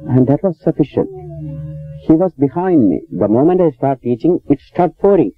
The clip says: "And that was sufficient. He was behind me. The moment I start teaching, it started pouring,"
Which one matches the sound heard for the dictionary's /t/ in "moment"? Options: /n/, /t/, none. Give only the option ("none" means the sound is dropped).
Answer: /t/